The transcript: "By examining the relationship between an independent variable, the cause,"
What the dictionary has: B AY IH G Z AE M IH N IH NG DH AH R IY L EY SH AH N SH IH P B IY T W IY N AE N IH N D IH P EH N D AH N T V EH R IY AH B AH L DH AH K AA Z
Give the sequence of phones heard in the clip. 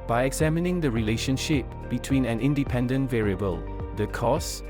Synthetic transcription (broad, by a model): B AY IH G Z AE M IH N IH NG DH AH R IY L EY SH AH N SH IH P B IY T W IY N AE N IH N D IH P EH N D AH N T V EH R IY AH B AH L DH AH K AA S